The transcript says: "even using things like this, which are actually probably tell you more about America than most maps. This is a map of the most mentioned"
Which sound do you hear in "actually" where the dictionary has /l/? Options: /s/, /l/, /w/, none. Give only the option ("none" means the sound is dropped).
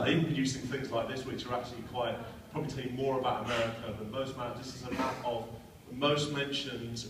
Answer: /w/